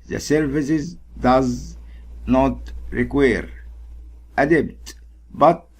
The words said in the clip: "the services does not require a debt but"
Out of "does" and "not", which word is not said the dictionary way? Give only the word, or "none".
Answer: none